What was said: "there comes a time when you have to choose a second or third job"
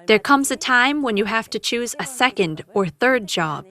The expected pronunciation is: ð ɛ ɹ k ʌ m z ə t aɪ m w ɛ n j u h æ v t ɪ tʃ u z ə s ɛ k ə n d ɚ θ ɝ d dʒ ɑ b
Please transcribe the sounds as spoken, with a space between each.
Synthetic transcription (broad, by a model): ð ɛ ɹ k ʌ m z ə t aɪ m w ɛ n j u h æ f t ɪ tʃ u z ə s ɛ k ə n d ɚ θ ɝ d dʒ ɑ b